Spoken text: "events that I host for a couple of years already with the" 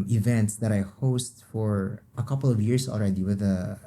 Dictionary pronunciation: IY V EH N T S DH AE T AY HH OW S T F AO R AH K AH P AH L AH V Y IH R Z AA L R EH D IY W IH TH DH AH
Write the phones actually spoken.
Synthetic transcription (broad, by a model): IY V EH N T S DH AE T AY HH OW S T F AO R AH K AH P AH L AH V Y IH R S AA L R EH D IY W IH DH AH